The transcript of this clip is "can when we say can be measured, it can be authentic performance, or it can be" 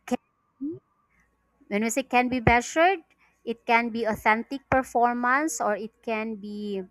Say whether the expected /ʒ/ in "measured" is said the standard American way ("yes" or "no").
no